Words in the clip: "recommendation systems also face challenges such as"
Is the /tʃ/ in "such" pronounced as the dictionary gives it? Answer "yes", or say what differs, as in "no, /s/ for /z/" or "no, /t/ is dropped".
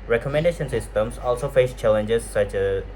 yes